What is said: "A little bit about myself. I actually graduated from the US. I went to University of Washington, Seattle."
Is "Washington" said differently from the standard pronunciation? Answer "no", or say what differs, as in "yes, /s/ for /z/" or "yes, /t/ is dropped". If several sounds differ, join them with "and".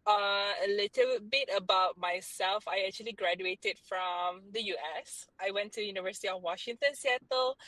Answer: no